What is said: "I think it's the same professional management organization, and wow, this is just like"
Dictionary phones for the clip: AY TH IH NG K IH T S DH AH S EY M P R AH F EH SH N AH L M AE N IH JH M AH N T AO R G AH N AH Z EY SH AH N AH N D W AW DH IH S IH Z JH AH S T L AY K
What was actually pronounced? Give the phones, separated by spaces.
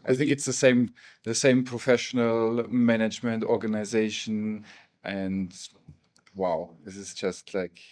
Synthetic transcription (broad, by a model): AY TH IH NG K IH T S DH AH S EY M P R AH F EH SH N AH L M AE N IH JH M AH N T AO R G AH N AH Z EY SH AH N AH N D W AW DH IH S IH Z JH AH S T L AY K